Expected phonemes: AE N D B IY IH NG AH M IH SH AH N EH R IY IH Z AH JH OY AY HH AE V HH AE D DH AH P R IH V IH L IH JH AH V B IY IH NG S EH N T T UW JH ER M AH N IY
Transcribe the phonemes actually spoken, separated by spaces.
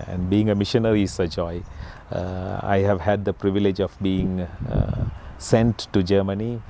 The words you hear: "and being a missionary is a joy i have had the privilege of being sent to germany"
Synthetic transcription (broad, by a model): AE N D B IY IH NG AH M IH SH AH N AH R IY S AH JH OY AY HH AE V HH AE D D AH P R IH V IH L IH JH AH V B IY IH NG S EH N T T UW JH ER M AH N IY